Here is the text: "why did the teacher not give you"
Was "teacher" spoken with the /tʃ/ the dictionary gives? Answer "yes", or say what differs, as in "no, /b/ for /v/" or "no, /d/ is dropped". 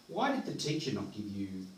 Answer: no, /ʃ/ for /tʃ/